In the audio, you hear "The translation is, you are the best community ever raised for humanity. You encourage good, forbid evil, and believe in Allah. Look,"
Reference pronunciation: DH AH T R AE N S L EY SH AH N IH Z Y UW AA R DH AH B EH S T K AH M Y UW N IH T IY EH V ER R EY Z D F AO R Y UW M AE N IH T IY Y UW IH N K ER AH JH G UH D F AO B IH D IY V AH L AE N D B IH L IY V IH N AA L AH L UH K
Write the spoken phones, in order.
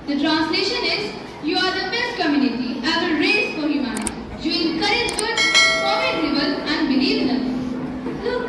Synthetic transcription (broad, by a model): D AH T R AE N S L EY SH AH N IH Z Y UW AA R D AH B EH S T K AH M Y UW N IH T IY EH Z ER R EY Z F AO R Y UW M AE N IH T IY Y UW IH N K ER AH JH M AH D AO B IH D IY B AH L AE N D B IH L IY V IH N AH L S